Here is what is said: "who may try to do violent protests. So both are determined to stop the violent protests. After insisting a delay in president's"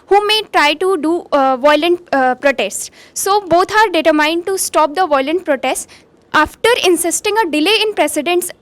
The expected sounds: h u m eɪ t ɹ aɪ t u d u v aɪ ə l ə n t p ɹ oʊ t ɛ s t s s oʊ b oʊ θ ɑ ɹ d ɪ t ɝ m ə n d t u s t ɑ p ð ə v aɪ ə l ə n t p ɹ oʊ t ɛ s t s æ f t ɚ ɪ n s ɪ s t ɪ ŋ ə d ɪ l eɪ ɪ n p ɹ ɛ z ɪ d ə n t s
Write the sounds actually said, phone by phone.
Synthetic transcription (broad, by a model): h u m eɪ t ɹ aɪ t u d u v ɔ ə l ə n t p ɹ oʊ t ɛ s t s s oʊ b oʊ t ɑ ɹ d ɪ t ɝ m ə n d t u s t ɑ p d ə v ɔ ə l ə n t p ɹ oʊ t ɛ s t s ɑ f t ɚ ɪ n s ɪ s t ɪ ŋ ə d ɪ l eɪ ɪ n p ɹ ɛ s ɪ d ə n t s